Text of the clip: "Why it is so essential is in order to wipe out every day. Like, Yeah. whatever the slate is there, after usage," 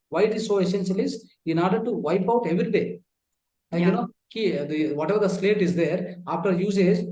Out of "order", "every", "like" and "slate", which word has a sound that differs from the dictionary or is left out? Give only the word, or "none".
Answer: like